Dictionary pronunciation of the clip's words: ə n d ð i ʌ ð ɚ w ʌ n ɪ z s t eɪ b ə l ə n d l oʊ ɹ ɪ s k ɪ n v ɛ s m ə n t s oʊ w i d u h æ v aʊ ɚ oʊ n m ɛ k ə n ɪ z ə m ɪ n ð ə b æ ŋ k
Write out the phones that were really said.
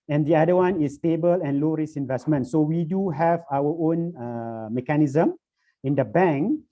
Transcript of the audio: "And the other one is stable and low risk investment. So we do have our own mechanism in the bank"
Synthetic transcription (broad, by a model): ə n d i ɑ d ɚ w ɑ n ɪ s t eɪ b ə l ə n l oʊ ɹ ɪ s ɪ n v ɛ s m ə n t s oʊ w i d u h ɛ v aʊ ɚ oʊ n m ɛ k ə n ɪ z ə m ɪ n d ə b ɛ ŋ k